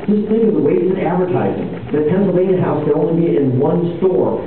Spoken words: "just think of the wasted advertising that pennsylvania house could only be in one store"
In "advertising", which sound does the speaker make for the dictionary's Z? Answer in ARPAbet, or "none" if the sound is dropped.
Z